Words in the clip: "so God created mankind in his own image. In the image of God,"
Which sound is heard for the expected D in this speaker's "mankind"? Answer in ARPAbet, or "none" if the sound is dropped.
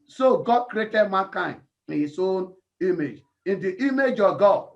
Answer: none